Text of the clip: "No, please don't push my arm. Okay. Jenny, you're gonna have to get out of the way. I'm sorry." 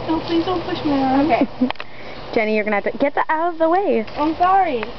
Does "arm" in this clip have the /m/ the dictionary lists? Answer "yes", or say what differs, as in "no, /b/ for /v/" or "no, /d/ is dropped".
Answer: no, /m/ is dropped